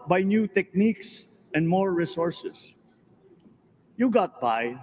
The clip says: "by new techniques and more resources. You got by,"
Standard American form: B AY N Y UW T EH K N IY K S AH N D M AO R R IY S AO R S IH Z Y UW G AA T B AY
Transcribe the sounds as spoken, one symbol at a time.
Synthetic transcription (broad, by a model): B AY N Y UW T EH K N IY K S AH N D M AO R R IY S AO R S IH S Y UW G AA T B AY